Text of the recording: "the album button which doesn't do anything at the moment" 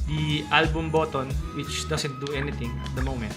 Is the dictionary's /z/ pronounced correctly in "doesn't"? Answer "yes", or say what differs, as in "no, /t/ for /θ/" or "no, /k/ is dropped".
no, /s/ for /z/